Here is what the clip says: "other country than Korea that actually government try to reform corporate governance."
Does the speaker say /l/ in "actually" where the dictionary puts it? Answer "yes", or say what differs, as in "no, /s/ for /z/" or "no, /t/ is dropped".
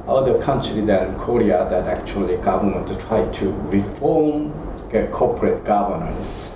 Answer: yes